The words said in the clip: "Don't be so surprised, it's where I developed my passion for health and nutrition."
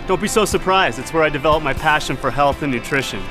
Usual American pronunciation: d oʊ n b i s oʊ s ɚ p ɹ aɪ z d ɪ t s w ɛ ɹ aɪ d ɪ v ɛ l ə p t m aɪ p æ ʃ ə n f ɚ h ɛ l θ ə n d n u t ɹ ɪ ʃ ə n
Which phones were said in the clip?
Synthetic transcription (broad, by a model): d oʊ n b i s oʊ s ɚ p ɹ aɪ z d ɪ t s w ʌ ɹ aɪ d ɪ v ɛ l ə p m aɪ p æ ʃ ə n f ɚ h ɛ l θ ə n n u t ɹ ɪ ʃ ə n